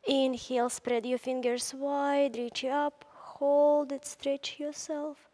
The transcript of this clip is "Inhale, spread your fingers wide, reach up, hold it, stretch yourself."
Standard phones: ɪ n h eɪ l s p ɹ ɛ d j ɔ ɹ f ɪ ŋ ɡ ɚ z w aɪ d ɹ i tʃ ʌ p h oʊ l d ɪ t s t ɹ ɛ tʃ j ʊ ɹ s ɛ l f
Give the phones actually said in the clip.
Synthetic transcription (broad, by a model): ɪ n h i l s p ɹ ɛ d j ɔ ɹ f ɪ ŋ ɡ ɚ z w aɪ d ɹ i tʃ ʌ p h oʊ l d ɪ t s t ɹ ɛ tʃ j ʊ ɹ s ɛ l f